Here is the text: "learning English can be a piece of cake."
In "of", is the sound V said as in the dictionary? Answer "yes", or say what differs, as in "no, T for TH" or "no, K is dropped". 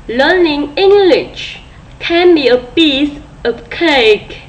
no, P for V